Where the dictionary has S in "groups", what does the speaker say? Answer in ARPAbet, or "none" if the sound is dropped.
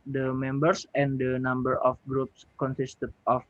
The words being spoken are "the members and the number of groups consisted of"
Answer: S